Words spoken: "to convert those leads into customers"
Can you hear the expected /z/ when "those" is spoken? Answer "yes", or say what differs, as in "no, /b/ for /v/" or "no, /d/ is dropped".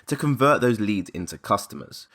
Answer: yes